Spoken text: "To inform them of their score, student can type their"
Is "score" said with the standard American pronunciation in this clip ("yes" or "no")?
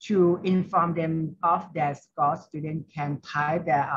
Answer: no